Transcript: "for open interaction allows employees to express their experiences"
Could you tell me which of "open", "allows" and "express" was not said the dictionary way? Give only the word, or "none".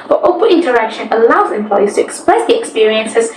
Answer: open